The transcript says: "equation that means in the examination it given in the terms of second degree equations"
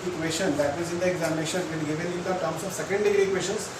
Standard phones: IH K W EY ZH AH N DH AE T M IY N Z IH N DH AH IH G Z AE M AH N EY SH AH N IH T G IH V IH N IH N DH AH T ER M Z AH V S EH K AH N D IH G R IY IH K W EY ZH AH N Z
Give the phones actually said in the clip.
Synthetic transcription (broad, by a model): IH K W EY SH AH N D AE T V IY Z IH N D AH IH G Z AE M AH N EY SH AH N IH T G IH V IH N IH N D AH T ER M S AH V S EH K AH N D IH G R IY K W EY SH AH N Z